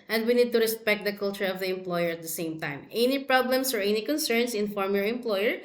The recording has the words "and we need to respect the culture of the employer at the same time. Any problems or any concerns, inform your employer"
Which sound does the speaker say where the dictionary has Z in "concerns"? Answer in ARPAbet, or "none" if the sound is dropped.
S